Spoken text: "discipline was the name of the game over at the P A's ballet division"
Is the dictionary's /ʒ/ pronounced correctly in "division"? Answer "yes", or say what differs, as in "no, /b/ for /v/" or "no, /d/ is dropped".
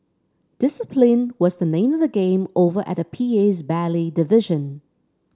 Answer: yes